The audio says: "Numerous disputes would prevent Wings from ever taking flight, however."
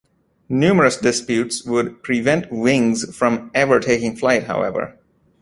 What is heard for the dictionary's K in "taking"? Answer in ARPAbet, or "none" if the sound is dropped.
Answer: K